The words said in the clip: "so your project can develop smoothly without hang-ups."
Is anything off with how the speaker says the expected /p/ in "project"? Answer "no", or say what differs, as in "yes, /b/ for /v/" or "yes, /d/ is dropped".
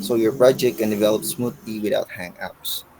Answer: yes, /b/ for /p/